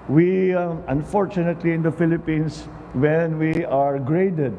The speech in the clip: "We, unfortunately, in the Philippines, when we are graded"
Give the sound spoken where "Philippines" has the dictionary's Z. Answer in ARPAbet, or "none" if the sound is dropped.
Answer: S